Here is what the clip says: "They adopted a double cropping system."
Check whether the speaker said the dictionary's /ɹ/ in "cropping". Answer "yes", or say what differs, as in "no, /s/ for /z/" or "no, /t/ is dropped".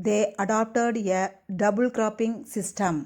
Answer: yes